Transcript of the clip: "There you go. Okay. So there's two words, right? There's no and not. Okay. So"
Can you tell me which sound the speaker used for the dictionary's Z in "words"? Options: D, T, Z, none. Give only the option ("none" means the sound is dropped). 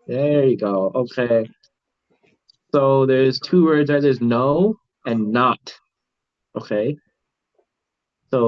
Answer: Z